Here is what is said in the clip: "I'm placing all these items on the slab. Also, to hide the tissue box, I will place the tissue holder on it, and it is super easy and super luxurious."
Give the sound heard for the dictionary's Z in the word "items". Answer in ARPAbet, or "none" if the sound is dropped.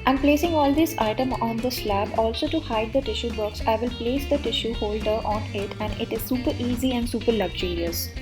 none